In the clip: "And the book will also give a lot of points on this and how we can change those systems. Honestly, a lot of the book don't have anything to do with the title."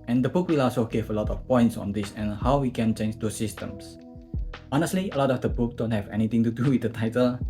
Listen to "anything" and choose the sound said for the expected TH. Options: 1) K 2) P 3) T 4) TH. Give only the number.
3